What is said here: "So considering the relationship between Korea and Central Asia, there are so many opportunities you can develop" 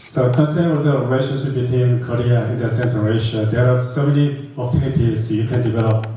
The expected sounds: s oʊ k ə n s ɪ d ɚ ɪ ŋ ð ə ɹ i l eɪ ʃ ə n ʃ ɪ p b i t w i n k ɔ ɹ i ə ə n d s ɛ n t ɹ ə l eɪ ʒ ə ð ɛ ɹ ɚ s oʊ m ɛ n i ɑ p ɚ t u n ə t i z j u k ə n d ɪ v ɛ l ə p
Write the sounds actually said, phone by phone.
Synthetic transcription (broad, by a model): s oʊ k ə s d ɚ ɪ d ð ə ɹ i l eɪ ʃ ə n ʃ ɪ p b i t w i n k ɔ ɹ i ə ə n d s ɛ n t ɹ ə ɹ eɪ ʃ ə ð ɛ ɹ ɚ s oʊ m ɛ n i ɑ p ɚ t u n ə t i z j u k ə n d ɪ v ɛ l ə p